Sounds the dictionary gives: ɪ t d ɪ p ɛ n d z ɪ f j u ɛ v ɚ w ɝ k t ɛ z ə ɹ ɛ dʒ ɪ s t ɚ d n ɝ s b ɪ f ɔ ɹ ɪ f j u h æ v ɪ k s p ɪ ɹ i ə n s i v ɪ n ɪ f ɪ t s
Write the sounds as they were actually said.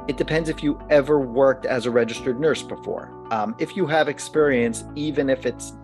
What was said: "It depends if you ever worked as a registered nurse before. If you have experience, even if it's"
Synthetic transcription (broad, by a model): ɪ t d ɪ p ɛ n d z ɪ f j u ɛ v ɚ w ɝ k t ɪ z ə ɹ ɛ dʒ ɪ s t ɚ d n ɝ s b ɪ f ɔ ɹ ɪ f j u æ v ɪ k s p ɪ ɹ i ə n s i v ɪ n ɪ f ɪ t s